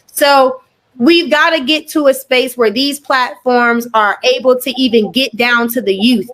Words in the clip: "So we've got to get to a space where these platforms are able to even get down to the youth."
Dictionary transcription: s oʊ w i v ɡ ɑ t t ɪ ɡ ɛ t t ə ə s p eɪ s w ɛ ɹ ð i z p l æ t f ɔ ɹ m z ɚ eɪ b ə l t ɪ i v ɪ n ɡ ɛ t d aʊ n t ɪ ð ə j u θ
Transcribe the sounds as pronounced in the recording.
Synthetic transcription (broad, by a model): s oʊ w i v ɡ ɑ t t ɪ ɡ ɛ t t ə ə s p eɪ s w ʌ ɹ ð i z p l æ t f ɔ ɹ m z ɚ eɪ b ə l t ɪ i v ɪ n ɡ ɛ t d aʊ n t ɪ ð ə j u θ